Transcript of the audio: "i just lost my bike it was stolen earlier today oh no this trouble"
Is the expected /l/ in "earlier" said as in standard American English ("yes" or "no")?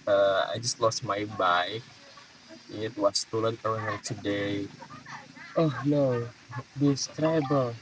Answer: no